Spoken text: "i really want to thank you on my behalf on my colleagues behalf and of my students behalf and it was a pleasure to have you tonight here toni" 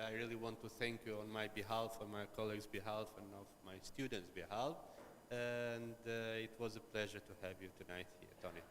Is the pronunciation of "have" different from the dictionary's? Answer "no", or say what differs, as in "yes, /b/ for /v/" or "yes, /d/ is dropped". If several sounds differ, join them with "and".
no